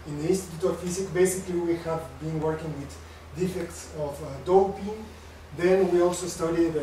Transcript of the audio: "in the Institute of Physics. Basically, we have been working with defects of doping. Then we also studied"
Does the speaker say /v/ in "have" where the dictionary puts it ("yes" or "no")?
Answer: yes